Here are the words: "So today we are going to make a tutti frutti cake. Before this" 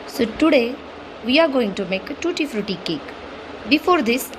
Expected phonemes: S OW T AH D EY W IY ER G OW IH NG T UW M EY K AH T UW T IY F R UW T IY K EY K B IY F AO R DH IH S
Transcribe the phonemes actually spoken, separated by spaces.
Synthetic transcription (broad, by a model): S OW T AH D EY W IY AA G OW IH NG T UW M EY K T UW T IY F R UW T IY K EY K B IY F AO R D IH S